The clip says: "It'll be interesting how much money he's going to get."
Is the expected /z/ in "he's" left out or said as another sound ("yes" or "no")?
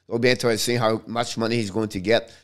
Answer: no